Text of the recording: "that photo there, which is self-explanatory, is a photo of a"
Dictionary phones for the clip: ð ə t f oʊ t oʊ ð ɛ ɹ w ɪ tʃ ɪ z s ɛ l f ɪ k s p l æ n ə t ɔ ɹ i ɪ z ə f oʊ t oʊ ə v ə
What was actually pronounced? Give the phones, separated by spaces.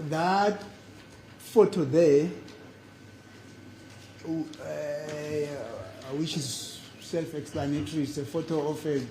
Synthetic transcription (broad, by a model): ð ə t f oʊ t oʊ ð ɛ w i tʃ ɪ z s ɛ l f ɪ k s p l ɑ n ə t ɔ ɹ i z ə f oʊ t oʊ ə f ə